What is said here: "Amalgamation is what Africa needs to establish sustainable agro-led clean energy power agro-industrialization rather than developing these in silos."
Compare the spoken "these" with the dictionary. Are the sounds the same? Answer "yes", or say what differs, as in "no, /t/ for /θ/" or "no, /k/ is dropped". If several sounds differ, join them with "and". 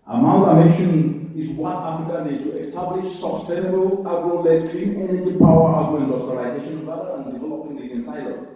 no, /z/ is dropped